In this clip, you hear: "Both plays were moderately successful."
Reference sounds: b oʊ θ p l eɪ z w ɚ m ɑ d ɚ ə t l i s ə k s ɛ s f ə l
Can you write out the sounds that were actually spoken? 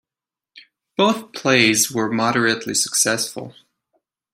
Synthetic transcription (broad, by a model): b oʊ θ p l eɪ z w ɚ m ɑ d ɚ ə t l i s ə k s ɛ s f ə l